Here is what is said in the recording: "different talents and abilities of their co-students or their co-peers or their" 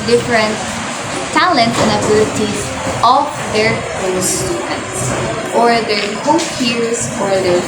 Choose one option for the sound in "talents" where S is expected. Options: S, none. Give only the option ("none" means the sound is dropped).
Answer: none